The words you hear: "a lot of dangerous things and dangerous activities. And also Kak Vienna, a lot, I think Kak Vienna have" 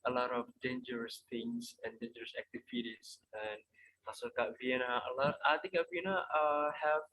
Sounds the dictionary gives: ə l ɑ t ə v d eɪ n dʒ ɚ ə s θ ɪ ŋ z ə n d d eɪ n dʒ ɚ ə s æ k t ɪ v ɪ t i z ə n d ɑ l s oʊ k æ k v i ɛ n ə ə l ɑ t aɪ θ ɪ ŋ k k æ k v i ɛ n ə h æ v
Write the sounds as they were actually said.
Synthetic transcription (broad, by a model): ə l ɑ t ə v d eɪ n dʒ ɚ ə s t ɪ ŋ s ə n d d eɪ n dʒ ɚ ə s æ k t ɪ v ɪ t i s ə n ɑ s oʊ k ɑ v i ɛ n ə ə l ɑ t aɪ t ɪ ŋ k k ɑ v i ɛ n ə h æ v